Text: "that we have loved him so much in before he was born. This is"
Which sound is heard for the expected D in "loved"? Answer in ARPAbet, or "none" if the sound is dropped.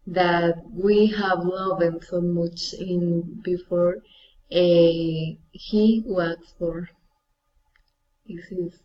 none